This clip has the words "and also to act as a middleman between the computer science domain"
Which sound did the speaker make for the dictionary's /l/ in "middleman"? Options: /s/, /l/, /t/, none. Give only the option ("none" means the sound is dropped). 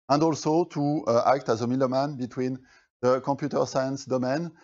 none